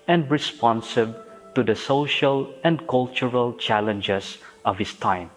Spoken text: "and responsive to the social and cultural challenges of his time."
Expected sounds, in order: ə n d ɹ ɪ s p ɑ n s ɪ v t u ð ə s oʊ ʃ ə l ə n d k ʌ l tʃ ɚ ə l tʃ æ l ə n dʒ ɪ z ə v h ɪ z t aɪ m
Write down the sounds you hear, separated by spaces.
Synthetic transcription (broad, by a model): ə n d ɹ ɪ s p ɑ n s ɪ b t u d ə s oʊ ʃ ə l ə n d k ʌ l tʃ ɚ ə l tʃ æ l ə n dʒ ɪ s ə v h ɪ s t aɪ m